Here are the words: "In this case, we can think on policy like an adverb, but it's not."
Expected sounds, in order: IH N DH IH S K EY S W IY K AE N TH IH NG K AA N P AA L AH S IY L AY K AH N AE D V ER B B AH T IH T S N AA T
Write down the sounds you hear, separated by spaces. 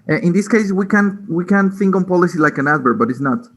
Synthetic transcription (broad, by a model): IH N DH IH S K EY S W IY K AE N TH IH NG K AA N P AA L AH S IY L AY K AH N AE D B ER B B AH T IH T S N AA T